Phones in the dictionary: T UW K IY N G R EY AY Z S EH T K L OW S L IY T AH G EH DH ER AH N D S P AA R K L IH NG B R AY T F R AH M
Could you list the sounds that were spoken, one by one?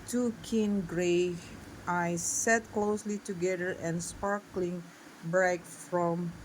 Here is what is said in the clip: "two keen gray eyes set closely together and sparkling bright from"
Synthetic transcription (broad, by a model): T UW K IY N G R EY AY S EH T K L OW S L IY T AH G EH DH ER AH N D S P AA R K L IH NG B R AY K F R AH M